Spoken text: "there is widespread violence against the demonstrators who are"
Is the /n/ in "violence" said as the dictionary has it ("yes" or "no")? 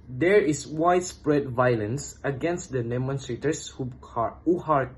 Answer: yes